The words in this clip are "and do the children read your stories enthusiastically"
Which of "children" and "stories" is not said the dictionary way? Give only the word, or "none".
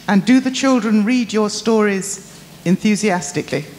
none